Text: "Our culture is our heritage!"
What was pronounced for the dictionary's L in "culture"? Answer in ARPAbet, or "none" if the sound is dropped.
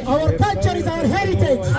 none